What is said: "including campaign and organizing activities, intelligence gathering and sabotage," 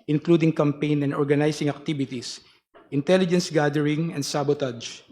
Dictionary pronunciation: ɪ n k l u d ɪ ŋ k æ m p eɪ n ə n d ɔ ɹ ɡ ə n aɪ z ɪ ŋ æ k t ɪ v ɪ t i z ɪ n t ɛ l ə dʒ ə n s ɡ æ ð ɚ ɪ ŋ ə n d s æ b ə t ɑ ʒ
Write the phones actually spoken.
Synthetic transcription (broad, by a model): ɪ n k l u d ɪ ŋ k æ m p eɪ n ə n d ɔ ɹ ɡ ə n aɪ s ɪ ŋ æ k t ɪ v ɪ t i s ɪ n t ɛ l ə dʒ ə n s ɡ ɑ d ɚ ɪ ŋ ə n d s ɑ b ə t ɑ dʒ